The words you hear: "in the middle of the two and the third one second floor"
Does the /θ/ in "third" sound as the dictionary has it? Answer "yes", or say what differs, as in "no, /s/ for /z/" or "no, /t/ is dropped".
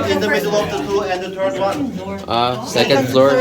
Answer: no, /t/ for /θ/